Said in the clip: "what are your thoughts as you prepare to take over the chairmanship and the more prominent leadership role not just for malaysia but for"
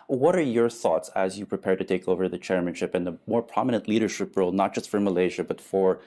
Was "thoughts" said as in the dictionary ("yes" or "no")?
yes